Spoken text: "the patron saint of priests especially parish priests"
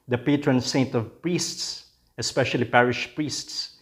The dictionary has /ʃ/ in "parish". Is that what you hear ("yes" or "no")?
yes